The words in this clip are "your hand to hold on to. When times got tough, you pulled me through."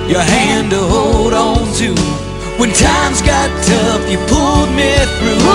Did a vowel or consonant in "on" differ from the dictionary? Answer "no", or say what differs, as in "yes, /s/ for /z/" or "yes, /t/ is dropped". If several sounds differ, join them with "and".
no